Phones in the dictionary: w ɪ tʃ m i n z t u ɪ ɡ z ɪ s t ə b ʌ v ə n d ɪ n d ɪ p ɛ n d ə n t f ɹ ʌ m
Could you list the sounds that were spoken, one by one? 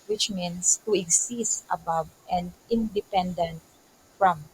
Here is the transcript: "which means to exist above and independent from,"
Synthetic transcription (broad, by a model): w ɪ tʃ m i n s t u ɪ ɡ s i s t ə b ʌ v ə n d ɪ n d ɪ p ɛ n d ə n t f ɹ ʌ m